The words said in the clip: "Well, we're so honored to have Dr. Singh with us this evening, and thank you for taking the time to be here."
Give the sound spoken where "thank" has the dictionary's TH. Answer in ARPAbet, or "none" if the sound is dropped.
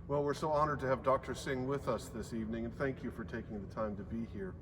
TH